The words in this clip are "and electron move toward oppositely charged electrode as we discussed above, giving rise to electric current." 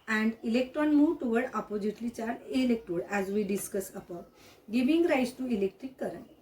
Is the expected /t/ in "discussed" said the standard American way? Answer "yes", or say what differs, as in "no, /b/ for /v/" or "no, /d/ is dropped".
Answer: no, /t/ is dropped